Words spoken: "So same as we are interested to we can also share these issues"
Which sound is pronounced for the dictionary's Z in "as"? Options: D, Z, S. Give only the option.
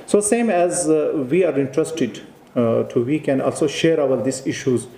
Z